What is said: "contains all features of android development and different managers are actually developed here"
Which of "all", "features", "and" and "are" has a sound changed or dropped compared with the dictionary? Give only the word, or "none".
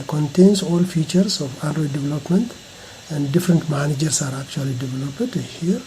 features